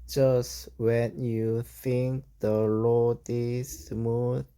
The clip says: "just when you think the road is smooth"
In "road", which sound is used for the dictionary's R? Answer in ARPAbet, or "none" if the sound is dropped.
L